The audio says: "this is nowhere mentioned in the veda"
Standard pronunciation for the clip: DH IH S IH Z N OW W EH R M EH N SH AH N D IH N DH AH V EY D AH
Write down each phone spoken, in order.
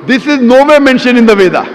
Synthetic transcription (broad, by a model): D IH S IH Z N OW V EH M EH N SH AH N IH N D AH V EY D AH